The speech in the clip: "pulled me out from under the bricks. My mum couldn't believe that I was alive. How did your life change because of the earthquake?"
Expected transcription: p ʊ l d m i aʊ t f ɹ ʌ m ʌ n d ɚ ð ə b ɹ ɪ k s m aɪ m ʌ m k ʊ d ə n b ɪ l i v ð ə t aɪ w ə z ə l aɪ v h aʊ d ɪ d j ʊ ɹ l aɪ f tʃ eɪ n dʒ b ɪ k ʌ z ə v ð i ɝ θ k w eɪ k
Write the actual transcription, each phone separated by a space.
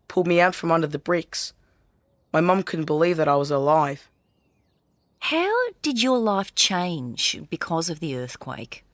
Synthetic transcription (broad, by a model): p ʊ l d m i aʊ t f ɹ ʌ m ʌ n d ɚ ð ə b ɹ ɪ k s m aɪ m ʌ m k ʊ d n b ɪ l i v ð ə t aɪ w ə z ə l aɪ v h aʊ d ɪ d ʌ ɹ l aɪ f tʃ eɪ n dʒ b ɪ k ʌ z ə v ð i ɝ θ k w eɪ k